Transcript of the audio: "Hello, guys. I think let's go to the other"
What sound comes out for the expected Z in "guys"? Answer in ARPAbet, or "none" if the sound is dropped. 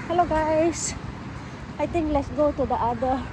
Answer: S